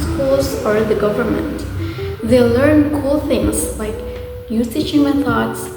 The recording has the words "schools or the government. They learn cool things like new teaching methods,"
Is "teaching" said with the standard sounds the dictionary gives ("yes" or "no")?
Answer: no